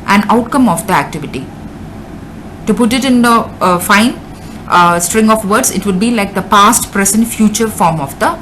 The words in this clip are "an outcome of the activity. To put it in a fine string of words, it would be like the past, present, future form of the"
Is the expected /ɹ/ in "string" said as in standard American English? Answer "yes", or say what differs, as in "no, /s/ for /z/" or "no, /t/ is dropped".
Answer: yes